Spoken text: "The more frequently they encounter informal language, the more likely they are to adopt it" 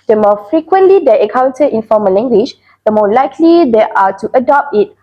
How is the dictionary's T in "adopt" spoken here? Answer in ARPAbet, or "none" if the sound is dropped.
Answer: T